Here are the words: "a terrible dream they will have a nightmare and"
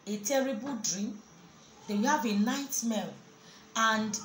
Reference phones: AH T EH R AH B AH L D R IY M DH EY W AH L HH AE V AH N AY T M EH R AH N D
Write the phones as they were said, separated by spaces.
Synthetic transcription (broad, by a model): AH T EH R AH B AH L D R IY M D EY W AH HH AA V AH N AY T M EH L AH N D